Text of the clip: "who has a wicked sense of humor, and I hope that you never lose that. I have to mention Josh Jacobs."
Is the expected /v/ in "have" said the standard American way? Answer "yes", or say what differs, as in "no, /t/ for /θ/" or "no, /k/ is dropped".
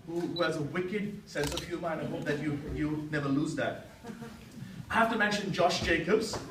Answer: no, /f/ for /v/